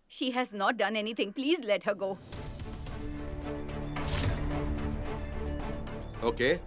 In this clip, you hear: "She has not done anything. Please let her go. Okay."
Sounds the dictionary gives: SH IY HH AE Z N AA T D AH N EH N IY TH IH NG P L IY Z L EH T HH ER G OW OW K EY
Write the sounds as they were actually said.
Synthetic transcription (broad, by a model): SH IY HH AE Z N AA T D AH N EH N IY T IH NG P L IY Z L EH T HH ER G OW OW K EY